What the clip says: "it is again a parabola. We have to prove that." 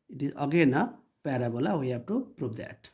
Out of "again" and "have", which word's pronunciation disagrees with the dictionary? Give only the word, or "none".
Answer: have